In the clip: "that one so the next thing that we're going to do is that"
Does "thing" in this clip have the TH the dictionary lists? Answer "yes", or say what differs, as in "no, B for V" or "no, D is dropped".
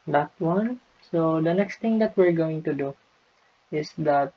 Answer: no, T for TH